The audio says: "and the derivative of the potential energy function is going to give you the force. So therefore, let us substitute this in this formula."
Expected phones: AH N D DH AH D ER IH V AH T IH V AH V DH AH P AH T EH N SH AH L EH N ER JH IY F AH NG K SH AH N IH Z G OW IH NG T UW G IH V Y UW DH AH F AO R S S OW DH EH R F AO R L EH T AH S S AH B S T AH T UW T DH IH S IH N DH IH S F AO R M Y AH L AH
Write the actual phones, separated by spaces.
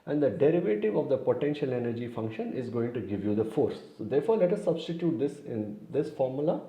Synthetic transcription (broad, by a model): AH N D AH D ER IH V AH T IH V AH V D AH P AH T EH N SH AH L EH N ER JH IY F AH NG K SH AH N IH Z G OW IH NG T UW G IH V Y UW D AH F AO R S S OW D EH R F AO R L EH T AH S S AH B S T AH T UW T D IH S IH N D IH S F AO R M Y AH L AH